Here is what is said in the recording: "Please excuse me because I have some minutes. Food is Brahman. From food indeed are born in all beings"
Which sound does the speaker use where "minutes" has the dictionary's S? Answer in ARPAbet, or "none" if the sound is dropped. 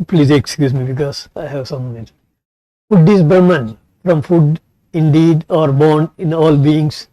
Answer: none